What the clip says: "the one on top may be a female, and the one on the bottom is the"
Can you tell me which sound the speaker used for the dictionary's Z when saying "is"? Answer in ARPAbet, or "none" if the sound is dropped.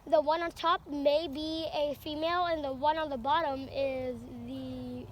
Z